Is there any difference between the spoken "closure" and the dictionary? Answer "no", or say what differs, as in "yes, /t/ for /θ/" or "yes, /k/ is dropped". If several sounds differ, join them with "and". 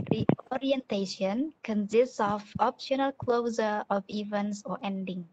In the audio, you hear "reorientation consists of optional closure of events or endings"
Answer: yes, /z/ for /ʒ/